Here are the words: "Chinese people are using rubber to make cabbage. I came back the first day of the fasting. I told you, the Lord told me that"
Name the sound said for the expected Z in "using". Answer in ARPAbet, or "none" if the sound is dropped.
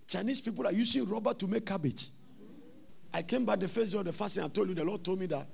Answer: S